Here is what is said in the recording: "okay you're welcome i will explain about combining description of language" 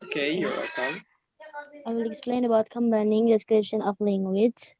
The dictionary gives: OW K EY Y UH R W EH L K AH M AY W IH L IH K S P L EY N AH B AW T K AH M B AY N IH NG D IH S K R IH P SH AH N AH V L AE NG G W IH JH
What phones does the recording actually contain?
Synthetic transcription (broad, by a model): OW K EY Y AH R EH K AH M AY W IH L IH K S P L EY N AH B AW T K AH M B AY N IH NG D IH S K R IH P SH AH N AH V L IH NG G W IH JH